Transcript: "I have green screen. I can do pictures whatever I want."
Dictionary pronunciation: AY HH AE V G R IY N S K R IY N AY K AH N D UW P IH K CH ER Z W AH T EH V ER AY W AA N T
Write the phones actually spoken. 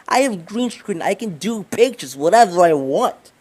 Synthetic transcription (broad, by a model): AY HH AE V G R IY N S R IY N AY K AH N D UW P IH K CH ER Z W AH T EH V ER AY W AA N T